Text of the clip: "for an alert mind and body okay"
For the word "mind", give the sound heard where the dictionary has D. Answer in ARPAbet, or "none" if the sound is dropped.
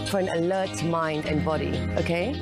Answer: D